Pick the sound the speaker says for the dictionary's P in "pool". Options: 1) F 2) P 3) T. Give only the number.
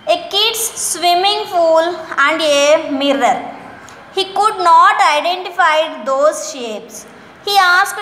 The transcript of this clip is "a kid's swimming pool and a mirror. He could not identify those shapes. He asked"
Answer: 1